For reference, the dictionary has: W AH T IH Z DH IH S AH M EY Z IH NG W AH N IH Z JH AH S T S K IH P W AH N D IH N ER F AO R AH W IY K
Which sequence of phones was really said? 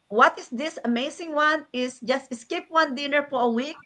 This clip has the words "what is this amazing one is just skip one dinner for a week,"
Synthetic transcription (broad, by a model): W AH T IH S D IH S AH M EY S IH NG W AH N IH S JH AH S T S K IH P W AH N D IH N ER F AO R AH W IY K